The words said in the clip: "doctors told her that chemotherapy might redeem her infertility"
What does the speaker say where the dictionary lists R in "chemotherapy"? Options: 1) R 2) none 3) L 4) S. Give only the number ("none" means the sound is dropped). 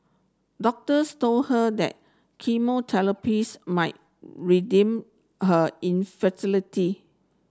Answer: 3